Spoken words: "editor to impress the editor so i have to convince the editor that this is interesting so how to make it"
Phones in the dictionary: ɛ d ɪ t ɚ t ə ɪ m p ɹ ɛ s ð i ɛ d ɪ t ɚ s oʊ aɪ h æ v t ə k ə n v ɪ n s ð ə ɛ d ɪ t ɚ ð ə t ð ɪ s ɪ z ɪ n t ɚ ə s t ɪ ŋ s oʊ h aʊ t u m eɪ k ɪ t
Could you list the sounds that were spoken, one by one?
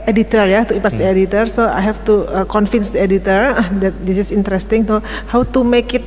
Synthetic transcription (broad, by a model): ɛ d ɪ t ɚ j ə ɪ p ɑ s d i ɛ d ɪ t ɚ s oʊ aɪ h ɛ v t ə k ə n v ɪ n s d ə ɛ d ɪ t ɚ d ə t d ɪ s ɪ s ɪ n t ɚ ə s t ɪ ŋ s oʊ h aʊ t u m eɪ k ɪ t